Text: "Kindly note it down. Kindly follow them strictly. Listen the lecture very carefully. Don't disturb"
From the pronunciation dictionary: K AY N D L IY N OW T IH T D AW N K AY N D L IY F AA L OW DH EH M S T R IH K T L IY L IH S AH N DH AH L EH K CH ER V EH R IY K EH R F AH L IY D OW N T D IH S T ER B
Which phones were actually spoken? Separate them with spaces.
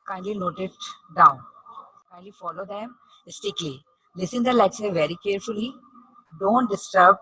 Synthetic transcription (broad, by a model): K AY N D L IY N OW T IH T D AW N K AY N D L IY F AA L OW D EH M S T IH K L IY L IH S AH N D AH L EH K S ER V EH R IY K EH R F AH L IY D OW N T D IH S T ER B